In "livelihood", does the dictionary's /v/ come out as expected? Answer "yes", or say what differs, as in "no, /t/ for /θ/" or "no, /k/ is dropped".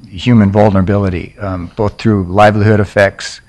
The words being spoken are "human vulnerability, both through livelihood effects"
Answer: yes